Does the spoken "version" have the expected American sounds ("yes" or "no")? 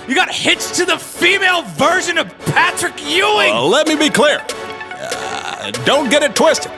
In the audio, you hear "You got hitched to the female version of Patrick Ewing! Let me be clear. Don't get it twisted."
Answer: yes